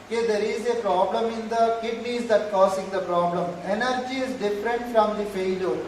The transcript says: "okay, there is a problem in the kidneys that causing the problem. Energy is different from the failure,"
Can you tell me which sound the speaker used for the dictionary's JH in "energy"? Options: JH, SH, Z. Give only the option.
JH